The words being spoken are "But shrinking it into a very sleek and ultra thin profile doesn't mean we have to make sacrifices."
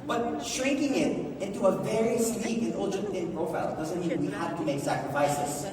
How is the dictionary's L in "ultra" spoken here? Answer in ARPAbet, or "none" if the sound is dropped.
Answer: N